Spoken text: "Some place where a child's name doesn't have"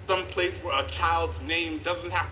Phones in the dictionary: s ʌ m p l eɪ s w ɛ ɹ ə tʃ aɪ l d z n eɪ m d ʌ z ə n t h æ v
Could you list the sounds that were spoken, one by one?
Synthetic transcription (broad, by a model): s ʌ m p l eɪ s w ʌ ɹ ə tʃ aɪ l d z n eɪ m d ʌ z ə n t h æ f